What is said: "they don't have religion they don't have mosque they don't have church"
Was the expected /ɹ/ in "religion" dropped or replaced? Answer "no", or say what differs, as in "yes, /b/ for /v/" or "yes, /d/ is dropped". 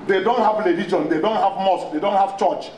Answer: yes, /l/ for /ɹ/